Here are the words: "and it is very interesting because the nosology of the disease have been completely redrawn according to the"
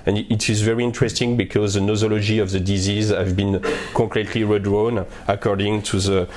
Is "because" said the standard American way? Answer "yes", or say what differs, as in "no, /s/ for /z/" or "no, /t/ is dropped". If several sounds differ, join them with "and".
yes